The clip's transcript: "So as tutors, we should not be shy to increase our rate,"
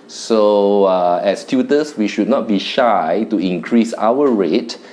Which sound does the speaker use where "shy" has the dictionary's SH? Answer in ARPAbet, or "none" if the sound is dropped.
SH